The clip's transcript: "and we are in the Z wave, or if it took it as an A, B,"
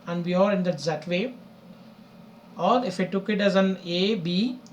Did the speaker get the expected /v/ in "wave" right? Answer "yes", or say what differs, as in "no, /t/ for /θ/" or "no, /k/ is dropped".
no, /v/ is dropped